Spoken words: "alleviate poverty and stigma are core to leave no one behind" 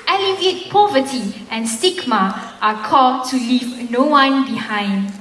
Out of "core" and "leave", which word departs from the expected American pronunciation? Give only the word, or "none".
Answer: core